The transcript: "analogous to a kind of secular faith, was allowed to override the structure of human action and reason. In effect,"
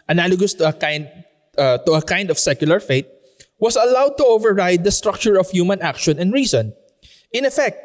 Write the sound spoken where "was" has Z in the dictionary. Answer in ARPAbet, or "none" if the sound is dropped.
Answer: S